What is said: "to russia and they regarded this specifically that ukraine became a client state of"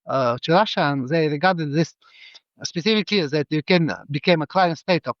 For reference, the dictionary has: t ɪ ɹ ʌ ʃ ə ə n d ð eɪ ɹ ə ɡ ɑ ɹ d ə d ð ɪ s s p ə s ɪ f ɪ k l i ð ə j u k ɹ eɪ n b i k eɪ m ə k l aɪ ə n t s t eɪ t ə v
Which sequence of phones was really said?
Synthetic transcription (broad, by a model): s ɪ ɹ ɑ ʃ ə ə n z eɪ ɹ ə ɡ ɑ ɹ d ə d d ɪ s s p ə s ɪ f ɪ k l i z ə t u k eɪ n b i k eɪ m ə k l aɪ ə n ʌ s t eɪ t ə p